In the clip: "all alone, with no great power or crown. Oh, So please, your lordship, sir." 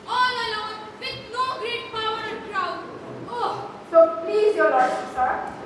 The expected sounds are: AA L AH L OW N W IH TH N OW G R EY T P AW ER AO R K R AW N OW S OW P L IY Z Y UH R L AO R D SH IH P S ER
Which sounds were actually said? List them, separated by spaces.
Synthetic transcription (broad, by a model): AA L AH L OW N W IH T N OW G R EY T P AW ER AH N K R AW OW S OW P L IY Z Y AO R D IH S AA